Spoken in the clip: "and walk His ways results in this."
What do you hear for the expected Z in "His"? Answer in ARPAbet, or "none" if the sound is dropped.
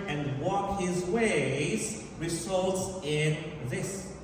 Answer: Z